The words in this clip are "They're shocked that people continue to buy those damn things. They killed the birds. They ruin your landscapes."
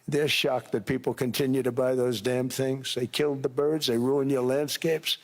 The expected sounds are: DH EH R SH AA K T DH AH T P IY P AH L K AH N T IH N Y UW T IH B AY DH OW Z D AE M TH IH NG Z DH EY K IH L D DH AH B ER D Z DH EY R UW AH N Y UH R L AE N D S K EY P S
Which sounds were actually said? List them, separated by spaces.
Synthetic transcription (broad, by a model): DH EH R SH AA K DH AH T P IY P L K AH N T IH N Y UW T IH B AY DH OW Z D AE M TH IH NG Z DH EY K IH L D DH AH B ER D Z DH EY R UW AH N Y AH R L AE N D S K EY P S